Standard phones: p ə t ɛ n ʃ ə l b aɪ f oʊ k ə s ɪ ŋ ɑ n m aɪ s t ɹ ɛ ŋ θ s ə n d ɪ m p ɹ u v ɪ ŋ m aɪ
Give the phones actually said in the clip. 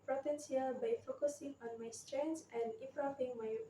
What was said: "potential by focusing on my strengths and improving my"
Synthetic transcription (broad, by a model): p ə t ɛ n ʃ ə l b aɪ f oʊ k ə s ɪ ŋ ɑ n m aɪ s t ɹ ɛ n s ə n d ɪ p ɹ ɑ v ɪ ŋ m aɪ